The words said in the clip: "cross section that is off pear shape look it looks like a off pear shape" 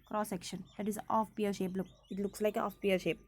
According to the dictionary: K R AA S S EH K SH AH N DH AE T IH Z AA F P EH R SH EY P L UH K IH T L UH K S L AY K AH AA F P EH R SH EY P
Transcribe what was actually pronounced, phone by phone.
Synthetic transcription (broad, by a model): K R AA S S EH K SH AH N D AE T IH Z AA F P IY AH SH EY P L UH K IH T L UH K S L AY K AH AA F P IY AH SH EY P